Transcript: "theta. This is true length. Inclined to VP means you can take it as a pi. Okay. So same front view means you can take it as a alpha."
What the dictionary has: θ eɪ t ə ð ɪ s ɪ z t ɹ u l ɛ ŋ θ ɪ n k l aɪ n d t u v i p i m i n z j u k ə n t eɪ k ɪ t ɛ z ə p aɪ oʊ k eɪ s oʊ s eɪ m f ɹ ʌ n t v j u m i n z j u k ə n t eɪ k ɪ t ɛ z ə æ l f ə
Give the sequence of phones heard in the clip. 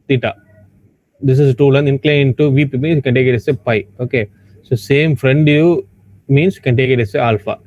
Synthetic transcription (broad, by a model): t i t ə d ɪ s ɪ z t u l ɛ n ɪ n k l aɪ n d t u v i p i m i n s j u k ə n t eɪ k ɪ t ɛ s ə p aɪ oʊ k eɪ s oʊ s eɪ m f ɹ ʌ n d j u m i n s j u k ə n t eɪ k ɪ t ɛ s ə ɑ l f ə